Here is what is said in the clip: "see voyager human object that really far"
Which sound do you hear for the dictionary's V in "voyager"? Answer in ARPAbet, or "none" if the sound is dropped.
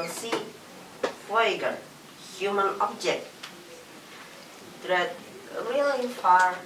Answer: F